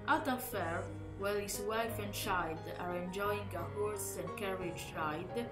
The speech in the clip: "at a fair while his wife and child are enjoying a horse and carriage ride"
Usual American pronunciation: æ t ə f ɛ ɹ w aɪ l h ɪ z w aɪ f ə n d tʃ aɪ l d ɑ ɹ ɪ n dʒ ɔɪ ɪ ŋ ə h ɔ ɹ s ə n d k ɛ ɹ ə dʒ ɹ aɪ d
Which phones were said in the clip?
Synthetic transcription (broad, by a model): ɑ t ə f ɛ ɹ w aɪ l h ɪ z w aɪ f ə n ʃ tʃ aɪ d ɑ ɹ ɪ n dʒ ɔɪ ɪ ŋ ə h ɔ ɹ s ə n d k ɛ ɹ ə dʒ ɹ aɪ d